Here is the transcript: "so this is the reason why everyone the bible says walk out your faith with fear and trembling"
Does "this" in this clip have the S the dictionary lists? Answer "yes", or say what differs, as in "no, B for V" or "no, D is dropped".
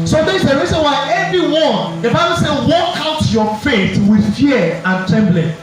no, S is dropped